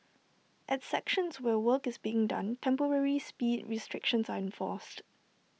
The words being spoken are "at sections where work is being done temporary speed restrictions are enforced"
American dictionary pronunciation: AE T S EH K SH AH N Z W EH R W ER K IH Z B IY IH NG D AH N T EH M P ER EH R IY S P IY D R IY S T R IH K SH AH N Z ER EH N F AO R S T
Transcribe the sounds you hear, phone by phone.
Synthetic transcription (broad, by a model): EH T S EH K SH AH N S W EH W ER K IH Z B IY IH NG D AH N T EH M P ER EH R IY S P IY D R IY S T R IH K SH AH N S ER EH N F AO S T